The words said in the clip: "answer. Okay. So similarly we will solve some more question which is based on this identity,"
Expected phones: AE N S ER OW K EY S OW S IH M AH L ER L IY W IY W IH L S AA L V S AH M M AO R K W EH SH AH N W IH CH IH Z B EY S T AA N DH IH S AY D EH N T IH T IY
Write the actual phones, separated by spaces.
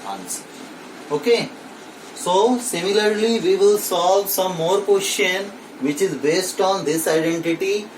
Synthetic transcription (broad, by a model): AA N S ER OW K EY S OW S IH M AH L ER L IY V IY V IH L S AA L V S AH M M AO R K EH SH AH N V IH CH IH Z B EY S T AA N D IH S AY D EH N T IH T IY